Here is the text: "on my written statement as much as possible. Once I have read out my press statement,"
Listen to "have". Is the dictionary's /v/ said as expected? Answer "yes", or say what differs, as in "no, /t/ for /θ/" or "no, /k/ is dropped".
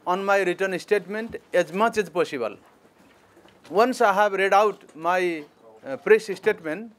no, /b/ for /v/